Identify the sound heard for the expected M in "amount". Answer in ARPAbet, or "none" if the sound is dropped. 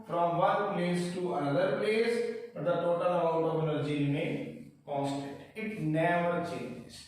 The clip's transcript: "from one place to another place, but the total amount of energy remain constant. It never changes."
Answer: none